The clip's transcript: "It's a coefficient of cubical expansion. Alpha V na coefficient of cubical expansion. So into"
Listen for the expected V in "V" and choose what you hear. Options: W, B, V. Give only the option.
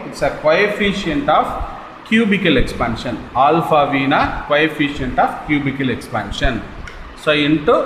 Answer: V